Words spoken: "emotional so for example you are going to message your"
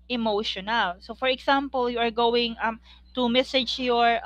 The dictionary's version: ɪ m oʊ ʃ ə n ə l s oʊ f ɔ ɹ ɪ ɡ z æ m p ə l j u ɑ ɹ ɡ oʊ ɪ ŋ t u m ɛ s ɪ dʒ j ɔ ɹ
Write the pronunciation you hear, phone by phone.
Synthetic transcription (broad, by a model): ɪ m oʊ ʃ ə n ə l s oʊ f ɔ ɹ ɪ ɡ s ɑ m p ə l j u ɑ ɹ ɡ oʊ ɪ ŋ t u m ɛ s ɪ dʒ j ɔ ɹ